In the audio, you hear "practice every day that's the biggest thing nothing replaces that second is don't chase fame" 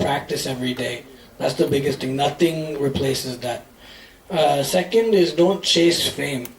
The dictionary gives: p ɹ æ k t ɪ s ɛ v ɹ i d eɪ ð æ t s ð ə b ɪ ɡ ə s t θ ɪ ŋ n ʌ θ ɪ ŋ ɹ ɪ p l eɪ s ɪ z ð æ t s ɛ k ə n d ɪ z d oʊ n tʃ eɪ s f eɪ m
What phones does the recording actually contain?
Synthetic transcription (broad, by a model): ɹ æ k t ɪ s ɛ v ɹ i d eɪ ð æ t s ð ə b ɪ ɡ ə s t θ ɪ ŋ n ʌ θ ɪ ŋ ɹ ɪ p l eɪ s ɪ z ð æ t s ɛ k ə n d ɪ z d oʊ n tʃ eɪ s f eɪ m